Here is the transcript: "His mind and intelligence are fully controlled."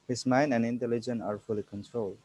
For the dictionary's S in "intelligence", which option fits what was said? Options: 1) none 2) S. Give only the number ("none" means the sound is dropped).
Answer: 1